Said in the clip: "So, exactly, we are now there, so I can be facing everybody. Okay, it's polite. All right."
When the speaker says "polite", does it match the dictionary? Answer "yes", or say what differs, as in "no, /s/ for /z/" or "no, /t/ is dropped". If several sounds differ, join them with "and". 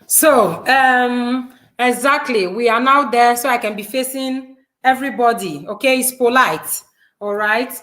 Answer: yes